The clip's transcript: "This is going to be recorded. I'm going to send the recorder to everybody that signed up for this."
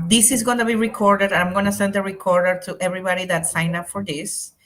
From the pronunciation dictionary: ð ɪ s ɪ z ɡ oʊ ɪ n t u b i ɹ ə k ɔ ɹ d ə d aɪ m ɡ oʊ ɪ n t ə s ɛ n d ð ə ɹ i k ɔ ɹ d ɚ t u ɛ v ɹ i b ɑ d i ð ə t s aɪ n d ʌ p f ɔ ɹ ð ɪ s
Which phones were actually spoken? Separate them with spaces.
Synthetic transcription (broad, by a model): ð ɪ s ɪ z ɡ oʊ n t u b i ɹ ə k ɔ ɹ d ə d aɪ m ɡ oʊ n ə s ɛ n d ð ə ɹ i k ɔ ɹ d ɚ t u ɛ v ɹ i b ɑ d i ð ə t s aɪ n ʌ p f ɔ ɹ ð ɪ s